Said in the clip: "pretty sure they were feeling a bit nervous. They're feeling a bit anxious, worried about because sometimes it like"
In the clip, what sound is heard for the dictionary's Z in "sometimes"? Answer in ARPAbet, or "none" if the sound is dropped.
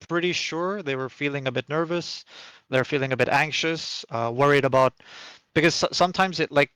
Z